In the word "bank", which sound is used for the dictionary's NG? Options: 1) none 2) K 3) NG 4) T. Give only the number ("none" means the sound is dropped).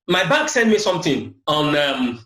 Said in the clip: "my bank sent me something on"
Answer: 1